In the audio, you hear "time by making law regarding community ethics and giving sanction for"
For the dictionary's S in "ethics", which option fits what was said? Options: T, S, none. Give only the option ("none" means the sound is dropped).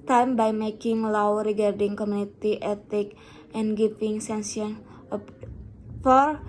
none